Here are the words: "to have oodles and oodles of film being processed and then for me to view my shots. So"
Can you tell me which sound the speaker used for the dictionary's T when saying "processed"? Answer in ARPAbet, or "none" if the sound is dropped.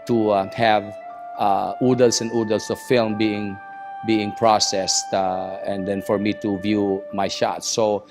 T